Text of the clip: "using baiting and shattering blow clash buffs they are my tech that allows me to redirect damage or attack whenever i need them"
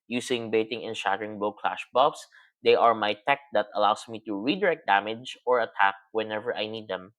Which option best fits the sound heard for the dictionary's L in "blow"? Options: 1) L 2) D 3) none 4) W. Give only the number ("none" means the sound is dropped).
3